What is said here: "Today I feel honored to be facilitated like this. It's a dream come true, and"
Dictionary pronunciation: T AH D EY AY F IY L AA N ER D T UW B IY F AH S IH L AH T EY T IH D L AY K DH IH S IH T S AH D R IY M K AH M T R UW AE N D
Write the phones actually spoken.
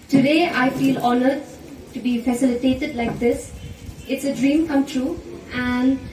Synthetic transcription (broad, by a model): T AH D EY AY F IY L AA N ER D T UW B IY F AH S IH L AH T EY T IH D L AY K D IH S IH T S AH D R IY M K AH M T R UW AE N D